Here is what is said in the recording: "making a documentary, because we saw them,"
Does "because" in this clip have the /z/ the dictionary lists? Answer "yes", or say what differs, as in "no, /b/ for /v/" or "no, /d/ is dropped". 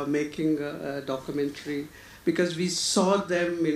yes